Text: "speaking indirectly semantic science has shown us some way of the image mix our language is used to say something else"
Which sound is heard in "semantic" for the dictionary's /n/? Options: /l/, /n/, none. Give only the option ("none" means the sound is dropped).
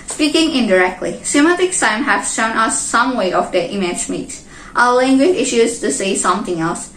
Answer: none